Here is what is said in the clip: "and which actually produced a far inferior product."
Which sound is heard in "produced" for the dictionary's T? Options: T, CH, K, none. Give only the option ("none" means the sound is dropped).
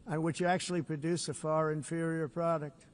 none